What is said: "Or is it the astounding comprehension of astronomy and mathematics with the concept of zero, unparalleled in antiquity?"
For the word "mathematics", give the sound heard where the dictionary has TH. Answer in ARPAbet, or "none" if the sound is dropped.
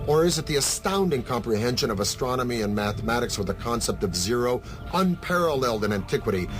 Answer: TH